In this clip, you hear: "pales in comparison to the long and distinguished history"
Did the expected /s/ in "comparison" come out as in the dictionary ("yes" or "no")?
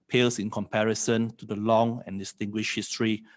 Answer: yes